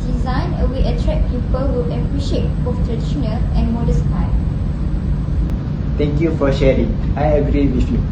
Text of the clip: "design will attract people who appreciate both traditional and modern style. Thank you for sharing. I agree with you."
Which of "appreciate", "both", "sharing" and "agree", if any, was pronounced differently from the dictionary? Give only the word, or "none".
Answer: both